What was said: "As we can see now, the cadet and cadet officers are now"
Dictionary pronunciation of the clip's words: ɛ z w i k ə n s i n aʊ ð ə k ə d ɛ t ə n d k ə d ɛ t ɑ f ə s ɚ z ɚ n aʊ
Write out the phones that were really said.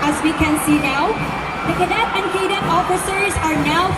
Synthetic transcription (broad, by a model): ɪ z w i k ə n s i n aʊ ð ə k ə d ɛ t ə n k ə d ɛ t ɑ f ə s ɚ z ɚ n aʊ